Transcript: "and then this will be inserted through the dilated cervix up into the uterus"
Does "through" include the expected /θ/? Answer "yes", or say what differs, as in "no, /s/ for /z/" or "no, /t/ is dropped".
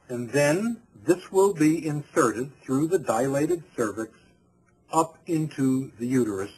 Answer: yes